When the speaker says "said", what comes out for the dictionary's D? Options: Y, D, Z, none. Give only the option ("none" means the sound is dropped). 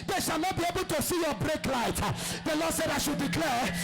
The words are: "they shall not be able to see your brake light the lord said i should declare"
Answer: D